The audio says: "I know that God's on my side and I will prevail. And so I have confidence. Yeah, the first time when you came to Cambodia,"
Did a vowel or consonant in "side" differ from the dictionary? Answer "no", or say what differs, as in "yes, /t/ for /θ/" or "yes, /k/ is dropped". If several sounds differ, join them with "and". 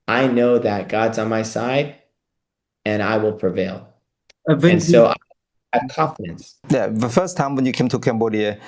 no